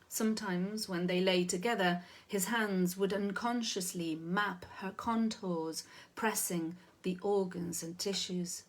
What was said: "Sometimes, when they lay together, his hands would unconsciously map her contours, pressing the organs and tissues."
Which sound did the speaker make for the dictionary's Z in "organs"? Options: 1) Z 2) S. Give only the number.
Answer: 1